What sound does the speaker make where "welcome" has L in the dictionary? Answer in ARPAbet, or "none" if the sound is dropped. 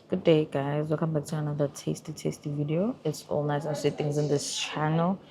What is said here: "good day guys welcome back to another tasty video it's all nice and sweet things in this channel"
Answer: none